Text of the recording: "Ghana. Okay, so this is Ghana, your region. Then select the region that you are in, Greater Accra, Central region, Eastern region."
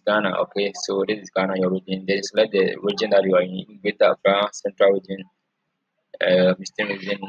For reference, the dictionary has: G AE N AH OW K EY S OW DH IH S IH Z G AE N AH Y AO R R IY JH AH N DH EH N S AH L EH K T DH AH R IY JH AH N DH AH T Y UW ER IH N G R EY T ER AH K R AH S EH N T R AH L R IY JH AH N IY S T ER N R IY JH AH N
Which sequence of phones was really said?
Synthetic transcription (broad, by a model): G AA N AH OW K EY S OW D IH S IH S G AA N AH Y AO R R IY JH AH N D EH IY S L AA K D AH R IY JH AH N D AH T Y UW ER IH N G EY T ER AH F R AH S EH N T R AH L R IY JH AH N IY S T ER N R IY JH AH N